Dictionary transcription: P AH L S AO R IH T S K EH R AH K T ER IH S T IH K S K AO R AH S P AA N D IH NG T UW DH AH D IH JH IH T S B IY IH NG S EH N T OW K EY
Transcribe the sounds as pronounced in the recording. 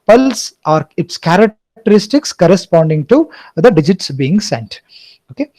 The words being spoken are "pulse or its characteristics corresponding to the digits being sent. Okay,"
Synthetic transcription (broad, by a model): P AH L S AO R IH T S K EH R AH K T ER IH S T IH K S K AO R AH S P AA N D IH NG T UW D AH D IH JH IH T S B IY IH NG S EH N T OW K EY